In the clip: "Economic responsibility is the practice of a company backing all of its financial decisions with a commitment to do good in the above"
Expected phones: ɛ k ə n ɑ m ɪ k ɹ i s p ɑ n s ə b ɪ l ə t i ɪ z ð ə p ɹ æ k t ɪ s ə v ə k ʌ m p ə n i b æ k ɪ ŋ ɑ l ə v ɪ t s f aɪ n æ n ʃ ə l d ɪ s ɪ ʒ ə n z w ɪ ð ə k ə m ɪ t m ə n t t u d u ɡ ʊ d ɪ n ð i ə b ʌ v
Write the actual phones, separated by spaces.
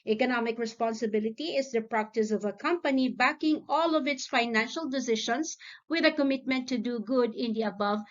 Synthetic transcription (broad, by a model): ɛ k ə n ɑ m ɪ k ɹ i s p ɑ n s ə b ɪ l ə t i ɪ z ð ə p ɹ æ k t ɪ s ə v ə k ʌ m p ə n i b æ k ɪ ŋ ɑ l ə v ɪ t s f aɪ n æ n ʃ ə l d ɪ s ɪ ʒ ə n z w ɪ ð ə k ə m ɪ t m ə n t t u d u ɡ ʊ d ɪ n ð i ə b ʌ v